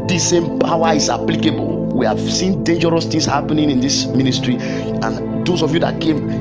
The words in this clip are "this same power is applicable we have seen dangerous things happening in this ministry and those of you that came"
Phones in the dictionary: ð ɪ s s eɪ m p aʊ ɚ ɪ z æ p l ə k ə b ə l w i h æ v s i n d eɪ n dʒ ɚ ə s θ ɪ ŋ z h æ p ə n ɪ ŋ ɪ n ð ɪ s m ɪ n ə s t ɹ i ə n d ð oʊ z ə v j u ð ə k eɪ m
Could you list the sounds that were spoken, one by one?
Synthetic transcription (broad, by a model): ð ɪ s s eɪ m p aʊ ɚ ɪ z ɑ p l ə k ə b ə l w i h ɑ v s i n d eɪ n dʒ ɚ ə s t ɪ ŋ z h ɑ p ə n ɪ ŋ ɪ n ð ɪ s m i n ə s t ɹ i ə n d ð oʊ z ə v j u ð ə k eɪ m